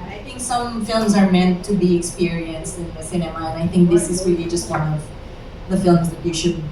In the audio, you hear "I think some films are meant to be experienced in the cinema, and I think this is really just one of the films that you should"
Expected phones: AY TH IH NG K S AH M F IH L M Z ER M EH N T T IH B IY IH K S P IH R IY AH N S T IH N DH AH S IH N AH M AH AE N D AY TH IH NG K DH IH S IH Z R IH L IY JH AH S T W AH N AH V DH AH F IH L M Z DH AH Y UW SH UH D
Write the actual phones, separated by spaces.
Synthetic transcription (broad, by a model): AY TH IH NG K S AH M F IH L M Z ER M EH N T T IH B IY IH K S P IH R IY AH N S T IH N DH AH S IH N AH M AH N AY TH IH NG K DH IH S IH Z R IH L IY JH AH S T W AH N AH V DH AH F IH L M Z DH AH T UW SH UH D